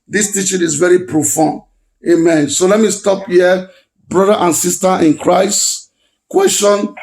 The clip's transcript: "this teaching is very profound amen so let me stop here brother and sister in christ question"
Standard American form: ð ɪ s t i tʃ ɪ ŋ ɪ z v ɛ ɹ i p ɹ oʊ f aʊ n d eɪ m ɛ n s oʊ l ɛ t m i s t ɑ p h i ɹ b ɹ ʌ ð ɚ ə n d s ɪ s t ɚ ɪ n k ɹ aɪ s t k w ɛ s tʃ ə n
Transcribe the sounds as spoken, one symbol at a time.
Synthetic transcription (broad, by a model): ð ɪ s t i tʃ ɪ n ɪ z v ɛ ɹ i p ɹ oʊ f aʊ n eɪ m ɛ n s oʊ l ɛ t m i s t ɑ p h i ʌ b ɹ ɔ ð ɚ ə n s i s t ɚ ɪ n k ɹ aɪ s t k w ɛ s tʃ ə n